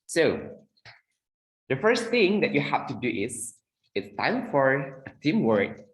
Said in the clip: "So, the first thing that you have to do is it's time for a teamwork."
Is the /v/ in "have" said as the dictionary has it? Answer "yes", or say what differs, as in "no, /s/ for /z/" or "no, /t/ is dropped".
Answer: no, /f/ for /v/